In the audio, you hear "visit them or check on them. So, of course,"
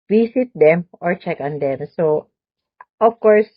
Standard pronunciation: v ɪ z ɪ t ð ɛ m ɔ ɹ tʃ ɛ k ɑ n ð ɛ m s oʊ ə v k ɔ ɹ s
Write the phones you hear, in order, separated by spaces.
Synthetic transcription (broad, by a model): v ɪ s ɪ t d ɛ m ɔ ɹ tʃ ɛ k ɑ n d ɛ m s oʊ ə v k ɔ ɹ s